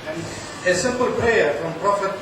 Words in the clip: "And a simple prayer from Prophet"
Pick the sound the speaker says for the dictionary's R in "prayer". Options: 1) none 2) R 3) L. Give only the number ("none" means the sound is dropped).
1